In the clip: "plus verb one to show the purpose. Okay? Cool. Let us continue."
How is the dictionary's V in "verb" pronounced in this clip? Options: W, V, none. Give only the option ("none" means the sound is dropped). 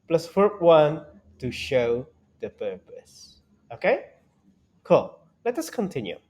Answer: W